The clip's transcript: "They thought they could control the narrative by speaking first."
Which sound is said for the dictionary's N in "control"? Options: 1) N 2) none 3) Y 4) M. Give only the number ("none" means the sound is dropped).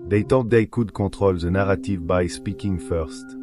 2